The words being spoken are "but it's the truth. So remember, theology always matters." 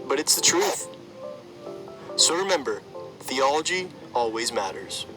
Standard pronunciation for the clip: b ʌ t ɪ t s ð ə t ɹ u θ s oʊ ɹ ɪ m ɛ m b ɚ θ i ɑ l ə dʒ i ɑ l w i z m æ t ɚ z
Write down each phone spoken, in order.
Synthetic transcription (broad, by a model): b ʌ t ɪ t s ð ə t ɹ u θ s oʊ ɹ ɪ m ɛ m b ɚ θ i ɑ l ə dʒ i ɑ l w i z m æ t ɚ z